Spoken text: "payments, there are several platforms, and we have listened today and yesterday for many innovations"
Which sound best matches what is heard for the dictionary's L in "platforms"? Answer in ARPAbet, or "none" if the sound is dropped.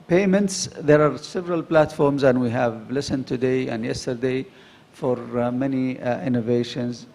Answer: L